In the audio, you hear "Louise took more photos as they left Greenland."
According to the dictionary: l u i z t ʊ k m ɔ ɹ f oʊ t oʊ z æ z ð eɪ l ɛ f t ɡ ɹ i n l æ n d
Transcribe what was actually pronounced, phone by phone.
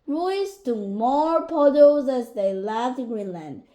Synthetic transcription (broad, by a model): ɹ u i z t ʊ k m ɔ ɹ p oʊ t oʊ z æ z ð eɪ l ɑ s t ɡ ɹ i n l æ n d